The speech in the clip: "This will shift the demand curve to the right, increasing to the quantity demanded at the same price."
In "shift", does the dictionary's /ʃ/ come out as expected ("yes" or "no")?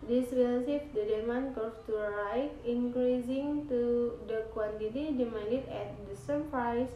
no